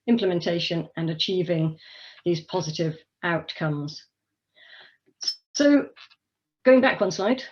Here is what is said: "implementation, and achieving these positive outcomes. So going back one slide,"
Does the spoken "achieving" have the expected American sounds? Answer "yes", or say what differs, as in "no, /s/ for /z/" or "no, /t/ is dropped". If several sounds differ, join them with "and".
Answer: yes